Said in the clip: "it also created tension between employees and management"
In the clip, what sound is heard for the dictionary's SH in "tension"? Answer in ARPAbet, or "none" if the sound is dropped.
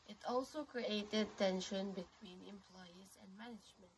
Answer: SH